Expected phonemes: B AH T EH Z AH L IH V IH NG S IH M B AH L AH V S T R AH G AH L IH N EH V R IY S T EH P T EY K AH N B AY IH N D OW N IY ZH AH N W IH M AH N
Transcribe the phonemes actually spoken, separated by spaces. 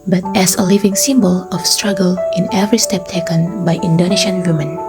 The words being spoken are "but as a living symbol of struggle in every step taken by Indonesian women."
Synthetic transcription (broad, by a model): B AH T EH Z AH L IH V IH NG S IH M B AH L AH F S T R AH G AH L IH N EH V R IY S T EH P T EY K AH N B AY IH N D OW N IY SH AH N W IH M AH N